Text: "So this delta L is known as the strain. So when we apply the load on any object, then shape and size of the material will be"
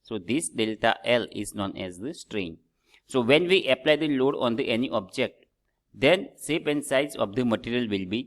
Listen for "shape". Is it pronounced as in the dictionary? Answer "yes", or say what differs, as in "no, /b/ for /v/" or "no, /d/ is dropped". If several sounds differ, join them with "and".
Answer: no, /s/ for /ʃ/